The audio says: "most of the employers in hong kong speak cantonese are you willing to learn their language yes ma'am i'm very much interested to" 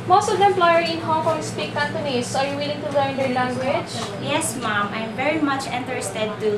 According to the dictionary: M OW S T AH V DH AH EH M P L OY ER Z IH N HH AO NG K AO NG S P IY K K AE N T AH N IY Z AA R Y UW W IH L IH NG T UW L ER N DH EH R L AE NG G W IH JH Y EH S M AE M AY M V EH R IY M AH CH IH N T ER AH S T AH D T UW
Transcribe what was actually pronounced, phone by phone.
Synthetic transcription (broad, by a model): M OW S T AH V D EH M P L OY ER IH N HH AO NG K AO NG S P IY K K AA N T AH N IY S AA R Y UW W IH L IH NG T UW L ER N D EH R L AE NG G W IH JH Y EH S M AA M AY M V EH R IY M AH CH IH N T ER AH S T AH D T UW